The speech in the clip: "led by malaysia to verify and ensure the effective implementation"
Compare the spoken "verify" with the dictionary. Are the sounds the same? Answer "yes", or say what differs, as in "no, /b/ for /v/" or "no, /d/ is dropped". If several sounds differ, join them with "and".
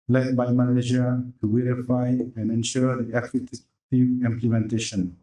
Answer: no, /w/ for /v/